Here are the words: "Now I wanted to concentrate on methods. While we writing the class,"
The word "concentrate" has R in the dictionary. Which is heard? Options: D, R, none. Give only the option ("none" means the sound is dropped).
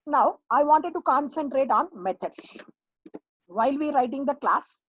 R